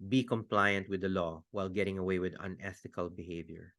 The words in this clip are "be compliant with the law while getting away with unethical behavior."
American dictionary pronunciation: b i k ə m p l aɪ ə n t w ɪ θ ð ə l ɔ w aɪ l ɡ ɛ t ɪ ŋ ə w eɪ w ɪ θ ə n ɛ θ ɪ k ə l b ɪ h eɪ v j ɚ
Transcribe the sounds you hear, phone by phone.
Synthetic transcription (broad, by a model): b i k ə m p l aɪ ə n t w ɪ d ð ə l ɔ w aɪ l ɡ ɛ t ɪ ŋ ə w eɪ w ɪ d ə n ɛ t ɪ k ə l b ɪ h eɪ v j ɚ